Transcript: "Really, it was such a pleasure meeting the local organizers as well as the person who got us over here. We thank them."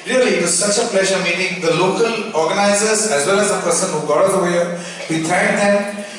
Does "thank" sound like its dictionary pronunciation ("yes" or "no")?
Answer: no